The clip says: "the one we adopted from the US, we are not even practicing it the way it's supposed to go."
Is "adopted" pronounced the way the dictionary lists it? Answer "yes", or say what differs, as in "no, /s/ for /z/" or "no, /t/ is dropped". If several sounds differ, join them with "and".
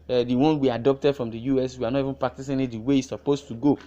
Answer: yes